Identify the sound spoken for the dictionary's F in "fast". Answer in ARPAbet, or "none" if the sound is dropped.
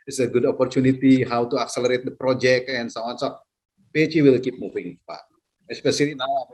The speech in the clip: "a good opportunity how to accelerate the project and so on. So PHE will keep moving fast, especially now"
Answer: P